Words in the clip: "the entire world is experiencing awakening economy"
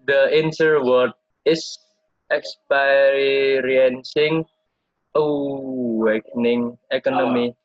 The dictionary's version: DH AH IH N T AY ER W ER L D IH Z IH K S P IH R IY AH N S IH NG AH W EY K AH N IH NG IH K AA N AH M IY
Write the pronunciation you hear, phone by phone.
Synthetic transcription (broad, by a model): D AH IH N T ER W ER D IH S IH K S P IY R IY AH N S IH NG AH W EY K N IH NG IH K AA N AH M IY